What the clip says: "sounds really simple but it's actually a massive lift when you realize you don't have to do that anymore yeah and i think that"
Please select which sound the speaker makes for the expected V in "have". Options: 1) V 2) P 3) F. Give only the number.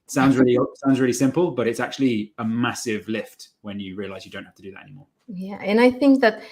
3